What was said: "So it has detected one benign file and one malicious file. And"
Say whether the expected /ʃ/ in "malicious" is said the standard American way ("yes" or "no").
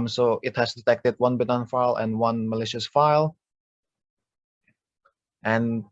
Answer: yes